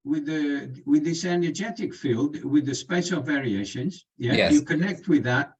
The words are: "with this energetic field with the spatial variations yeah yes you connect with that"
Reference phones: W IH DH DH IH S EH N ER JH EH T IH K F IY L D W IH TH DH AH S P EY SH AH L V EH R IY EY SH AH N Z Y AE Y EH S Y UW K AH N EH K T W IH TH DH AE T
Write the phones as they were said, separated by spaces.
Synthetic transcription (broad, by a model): W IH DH DH IH S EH N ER JH EH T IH K F IY L D W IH DH AH S P EY S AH V EH R IY EY SH AH N Z Y AE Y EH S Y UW K AH N EH K T W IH DH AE T